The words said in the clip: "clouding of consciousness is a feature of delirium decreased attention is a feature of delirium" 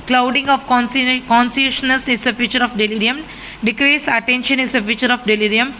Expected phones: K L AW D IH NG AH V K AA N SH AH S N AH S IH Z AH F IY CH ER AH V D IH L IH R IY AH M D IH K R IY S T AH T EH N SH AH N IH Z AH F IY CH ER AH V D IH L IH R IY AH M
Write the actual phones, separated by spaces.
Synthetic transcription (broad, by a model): K L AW D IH NG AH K K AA N S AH SH N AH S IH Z AH F IY CH ER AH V D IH L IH R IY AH M D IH K R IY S AH T EH N SH AH N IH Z AH F IY CH ER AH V D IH L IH R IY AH M